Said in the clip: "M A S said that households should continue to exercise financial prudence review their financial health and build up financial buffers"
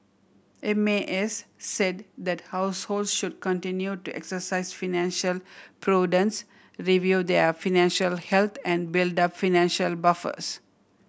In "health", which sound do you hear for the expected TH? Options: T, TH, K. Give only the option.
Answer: T